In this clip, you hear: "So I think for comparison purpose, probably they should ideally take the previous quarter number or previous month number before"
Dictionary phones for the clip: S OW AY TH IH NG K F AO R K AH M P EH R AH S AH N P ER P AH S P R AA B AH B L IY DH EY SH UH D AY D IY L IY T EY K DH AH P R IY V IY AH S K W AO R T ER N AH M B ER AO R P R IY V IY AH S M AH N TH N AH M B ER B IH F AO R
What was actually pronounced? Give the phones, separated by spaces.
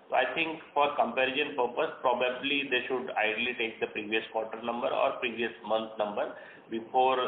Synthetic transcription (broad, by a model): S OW AY T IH NG K F AO R K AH M P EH R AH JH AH N P ER P AH S P R AA B AH B L IY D EY SH UH D AY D L IY T EY K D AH P R IY V IY AH S K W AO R T ER N AH M B ER AO R P R IY V IY AH S M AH N T N AH M B ER B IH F AO R